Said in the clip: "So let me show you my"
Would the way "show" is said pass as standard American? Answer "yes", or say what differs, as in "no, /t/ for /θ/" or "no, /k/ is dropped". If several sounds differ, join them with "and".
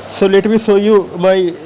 no, /s/ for /ʃ/